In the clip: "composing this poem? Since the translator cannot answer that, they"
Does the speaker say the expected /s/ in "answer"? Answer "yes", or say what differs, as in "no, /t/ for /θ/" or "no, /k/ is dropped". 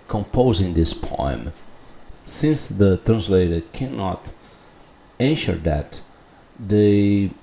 no, /ʃ/ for /s/